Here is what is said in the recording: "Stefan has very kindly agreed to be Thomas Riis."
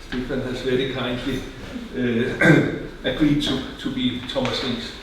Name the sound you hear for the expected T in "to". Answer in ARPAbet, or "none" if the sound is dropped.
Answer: S